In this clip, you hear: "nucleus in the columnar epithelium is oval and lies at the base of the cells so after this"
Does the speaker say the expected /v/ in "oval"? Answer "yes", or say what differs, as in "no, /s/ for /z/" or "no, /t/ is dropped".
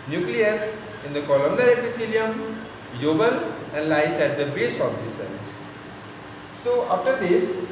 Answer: no, /b/ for /v/